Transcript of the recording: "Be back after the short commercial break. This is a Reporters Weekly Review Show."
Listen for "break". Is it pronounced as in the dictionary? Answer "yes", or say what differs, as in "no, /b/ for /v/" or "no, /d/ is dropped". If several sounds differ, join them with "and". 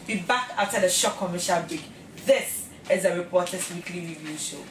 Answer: no, /ɹ/ is dropped